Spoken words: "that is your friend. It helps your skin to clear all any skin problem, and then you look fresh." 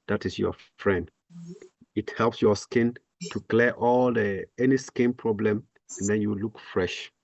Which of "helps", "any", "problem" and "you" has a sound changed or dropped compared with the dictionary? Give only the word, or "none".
none